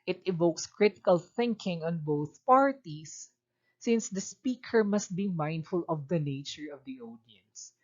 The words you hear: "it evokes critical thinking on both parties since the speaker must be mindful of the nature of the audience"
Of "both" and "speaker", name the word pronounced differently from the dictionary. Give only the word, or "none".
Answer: none